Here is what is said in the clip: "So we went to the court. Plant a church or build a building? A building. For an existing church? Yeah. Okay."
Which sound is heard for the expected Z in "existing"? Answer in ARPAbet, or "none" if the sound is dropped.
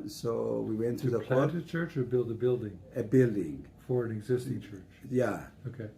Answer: Z